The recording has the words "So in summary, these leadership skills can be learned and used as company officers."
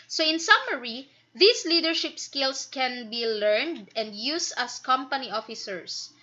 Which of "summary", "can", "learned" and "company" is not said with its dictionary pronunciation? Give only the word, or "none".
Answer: none